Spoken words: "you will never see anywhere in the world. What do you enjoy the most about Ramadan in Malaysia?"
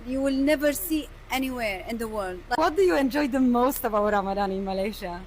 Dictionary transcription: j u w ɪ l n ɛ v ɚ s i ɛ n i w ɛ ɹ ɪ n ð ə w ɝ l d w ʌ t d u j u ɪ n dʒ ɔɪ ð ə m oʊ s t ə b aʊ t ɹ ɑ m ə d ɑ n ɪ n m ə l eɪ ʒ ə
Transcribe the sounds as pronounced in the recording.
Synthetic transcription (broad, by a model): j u w ɪ l n ɛ v ɚ s i ɛ n i w ɛ ɹ ɪ n ð ə w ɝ l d w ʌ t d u j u ɪ n dʒ ɔɪ ð ə m oʊ s t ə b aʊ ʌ ɹ ɑ m ə d ɑ n ɪ n m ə l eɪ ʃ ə